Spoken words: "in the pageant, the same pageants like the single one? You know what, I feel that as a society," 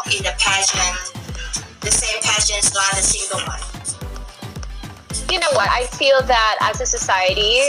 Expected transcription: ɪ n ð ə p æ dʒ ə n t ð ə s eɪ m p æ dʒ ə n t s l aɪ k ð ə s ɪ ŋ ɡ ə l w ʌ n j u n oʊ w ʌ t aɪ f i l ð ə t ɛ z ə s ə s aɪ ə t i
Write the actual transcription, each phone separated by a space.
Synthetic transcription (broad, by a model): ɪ ð ə p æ ʃ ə n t ð ə s eɪ m p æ ʃ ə n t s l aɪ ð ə s ɪ ŋ ɡ ə l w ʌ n j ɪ n oʊ w ʌ t aɪ f i l ð ə t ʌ z ə s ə s aɪ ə t i